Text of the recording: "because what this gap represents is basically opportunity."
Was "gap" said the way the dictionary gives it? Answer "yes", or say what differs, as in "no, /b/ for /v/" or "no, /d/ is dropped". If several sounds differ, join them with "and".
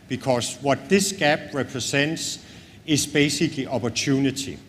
no, /b/ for /p/